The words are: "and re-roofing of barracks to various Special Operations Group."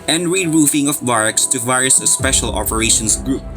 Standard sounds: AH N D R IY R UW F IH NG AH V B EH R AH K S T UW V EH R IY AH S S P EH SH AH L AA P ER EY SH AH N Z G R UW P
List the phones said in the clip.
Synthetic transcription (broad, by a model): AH N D R IY R UW F IH NG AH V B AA R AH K S T UW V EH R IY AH S S P EH SH AH L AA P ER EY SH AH N S G R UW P